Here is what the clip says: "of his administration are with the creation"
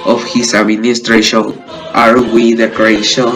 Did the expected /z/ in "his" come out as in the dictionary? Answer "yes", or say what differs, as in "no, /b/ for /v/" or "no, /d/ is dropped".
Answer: no, /s/ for /z/